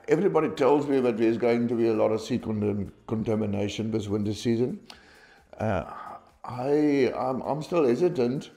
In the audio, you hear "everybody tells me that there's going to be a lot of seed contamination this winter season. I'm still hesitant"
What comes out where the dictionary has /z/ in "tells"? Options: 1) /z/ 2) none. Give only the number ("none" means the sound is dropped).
1